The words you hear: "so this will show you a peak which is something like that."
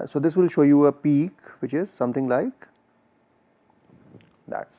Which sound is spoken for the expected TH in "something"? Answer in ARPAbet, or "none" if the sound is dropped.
T